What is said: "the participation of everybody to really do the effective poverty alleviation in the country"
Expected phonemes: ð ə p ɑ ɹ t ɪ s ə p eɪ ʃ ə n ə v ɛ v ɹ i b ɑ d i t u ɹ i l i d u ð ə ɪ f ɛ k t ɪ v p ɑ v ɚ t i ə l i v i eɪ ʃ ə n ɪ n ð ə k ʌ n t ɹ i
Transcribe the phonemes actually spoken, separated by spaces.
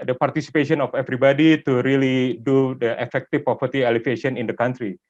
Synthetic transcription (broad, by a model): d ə p ɑ ɹ t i s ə p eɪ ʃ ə n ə f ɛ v ɹ i b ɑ d i t u ɹ i l i d u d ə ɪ f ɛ k t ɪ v p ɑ p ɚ t i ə l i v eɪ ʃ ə n ɪ n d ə k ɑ n t ɹ i